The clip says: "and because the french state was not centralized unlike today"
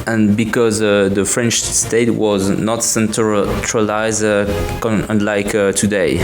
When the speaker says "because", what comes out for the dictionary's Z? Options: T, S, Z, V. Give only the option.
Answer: Z